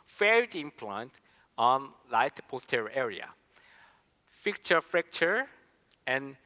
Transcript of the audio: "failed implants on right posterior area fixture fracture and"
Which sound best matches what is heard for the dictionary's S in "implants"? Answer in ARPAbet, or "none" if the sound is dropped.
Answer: none